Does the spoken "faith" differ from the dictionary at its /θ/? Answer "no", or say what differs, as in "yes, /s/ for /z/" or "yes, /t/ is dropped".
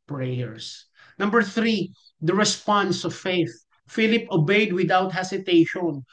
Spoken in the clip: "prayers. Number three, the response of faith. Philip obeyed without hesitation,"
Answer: no